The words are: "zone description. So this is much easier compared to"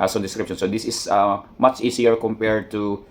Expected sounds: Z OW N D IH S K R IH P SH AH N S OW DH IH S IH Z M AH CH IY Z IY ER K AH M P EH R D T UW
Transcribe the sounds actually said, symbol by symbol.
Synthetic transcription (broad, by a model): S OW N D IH S K R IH P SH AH N S OW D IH S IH S M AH CH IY S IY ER K AH M P EH R D T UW